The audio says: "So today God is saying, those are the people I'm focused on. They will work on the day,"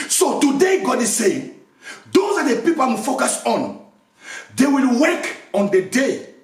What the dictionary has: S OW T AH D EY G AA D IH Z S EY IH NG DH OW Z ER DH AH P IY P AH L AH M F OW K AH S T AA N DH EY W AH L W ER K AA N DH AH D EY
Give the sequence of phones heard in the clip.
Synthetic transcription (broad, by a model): S OW T AH D EY G AA D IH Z S EY IH NG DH OW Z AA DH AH P IY P AH L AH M F OW K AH S AA N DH EY W AH L W ER K AA N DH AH D EY